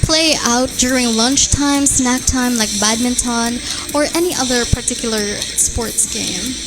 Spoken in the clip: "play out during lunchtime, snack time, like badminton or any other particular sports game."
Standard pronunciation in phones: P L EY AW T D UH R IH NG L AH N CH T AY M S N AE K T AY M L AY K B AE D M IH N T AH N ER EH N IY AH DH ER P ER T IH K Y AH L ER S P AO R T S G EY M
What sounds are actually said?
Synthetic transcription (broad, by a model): P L EY AW T D UH R IH NG L AH N CH T AY M S N AE K T AY M L AY K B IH D M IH N T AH N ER EH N IY AH DH ER P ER T IH K Y L ER S P AO R T S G EY M